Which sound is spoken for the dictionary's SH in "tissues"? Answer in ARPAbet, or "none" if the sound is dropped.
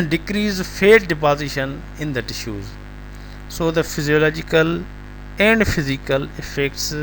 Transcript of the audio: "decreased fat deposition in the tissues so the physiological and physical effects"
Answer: SH